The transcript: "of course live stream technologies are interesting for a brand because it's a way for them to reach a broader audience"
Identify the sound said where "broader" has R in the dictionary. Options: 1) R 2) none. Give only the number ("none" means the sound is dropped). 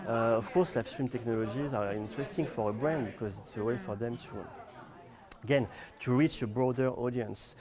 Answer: 1